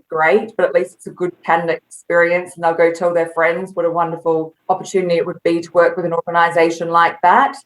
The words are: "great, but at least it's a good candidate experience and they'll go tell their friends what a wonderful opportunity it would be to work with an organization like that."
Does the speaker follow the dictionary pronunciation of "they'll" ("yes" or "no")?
yes